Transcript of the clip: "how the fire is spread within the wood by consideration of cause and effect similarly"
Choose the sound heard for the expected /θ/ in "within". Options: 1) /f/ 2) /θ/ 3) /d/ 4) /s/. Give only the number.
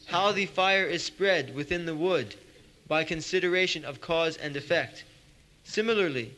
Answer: 2